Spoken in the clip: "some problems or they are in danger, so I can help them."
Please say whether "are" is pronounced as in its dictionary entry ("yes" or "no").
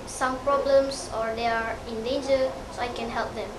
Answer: yes